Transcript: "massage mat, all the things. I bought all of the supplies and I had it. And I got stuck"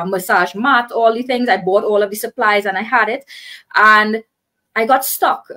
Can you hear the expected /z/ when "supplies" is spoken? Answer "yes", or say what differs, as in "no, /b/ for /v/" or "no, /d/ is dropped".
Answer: yes